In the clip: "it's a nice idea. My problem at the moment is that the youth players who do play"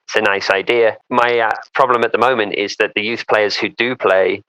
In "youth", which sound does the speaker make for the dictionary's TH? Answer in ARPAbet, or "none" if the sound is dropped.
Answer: TH